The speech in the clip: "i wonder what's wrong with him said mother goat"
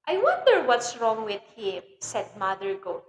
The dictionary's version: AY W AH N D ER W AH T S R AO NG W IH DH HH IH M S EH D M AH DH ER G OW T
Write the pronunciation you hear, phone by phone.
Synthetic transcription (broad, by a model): AY W AH N D ER W AH T S R AO NG W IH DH HH IH M S EH D M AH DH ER G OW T